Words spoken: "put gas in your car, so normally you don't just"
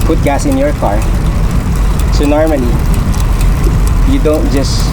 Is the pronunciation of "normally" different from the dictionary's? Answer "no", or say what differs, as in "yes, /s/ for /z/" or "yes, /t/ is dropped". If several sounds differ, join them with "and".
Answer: yes, /n/ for /l/